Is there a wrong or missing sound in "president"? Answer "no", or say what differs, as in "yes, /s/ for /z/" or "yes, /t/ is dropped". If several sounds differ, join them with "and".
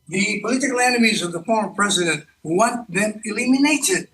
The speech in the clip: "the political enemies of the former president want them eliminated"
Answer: no